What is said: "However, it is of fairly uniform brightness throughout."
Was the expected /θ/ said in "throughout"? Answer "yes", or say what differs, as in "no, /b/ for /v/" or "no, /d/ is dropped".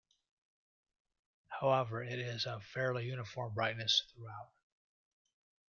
yes